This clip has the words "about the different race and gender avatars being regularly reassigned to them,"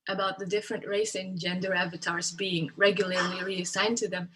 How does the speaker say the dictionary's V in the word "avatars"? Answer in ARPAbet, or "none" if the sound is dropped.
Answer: V